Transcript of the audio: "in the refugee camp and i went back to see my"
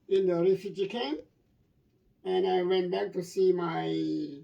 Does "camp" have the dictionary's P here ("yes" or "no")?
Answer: no